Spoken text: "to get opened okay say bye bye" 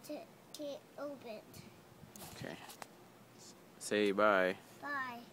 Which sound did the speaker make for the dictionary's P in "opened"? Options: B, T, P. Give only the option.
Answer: B